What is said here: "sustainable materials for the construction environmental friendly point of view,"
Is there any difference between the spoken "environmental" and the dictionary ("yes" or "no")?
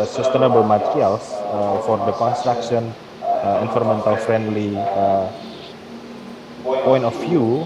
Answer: yes